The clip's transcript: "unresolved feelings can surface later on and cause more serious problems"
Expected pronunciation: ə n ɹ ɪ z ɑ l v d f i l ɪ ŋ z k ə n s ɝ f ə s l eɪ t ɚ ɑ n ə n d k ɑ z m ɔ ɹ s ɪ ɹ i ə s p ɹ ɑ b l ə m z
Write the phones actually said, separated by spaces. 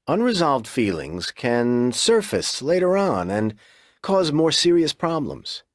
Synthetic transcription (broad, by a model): ə n ɹ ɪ z ɑ l v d f i l ɪ ŋ z k ə n s ɝ f ə s l eɪ t ɚ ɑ n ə n k ɑ z m ɔ ɹ s ɪ ɹ i ə s p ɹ ɑ b l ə m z